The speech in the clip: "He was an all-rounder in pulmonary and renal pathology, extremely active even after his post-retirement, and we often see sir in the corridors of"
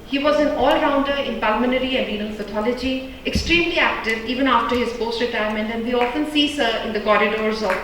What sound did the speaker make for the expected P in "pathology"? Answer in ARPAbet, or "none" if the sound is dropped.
F